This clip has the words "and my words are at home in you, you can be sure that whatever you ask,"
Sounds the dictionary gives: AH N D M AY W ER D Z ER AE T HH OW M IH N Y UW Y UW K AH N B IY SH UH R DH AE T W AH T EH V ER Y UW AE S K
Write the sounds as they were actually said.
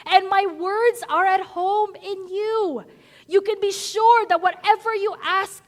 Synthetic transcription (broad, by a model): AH N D M AY W ER D Z ER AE T HH OW M IH N Y UW Y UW K AH N B IY SH UH R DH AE T W AH T EH V ER Y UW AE S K